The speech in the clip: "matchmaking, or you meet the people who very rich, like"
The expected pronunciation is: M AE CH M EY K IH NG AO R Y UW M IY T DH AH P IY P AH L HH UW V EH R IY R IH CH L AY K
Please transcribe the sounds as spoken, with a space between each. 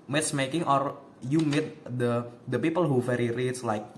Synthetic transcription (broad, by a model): M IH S M EY K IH NG AO R Y UW M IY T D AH P IY P AH L HH UW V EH R IY R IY S L AY K